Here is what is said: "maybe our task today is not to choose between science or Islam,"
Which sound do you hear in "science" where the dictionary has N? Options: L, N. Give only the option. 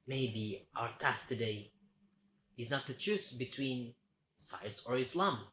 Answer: L